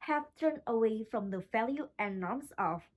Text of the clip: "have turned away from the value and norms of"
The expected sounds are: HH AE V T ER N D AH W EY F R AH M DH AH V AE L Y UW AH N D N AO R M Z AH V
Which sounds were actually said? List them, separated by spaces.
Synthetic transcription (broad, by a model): HH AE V T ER N AH W EY F R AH M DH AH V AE L Y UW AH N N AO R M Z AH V